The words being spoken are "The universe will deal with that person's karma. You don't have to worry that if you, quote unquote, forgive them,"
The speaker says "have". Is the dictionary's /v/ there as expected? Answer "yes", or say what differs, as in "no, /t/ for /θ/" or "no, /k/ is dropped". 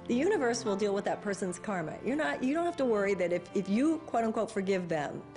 no, /f/ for /v/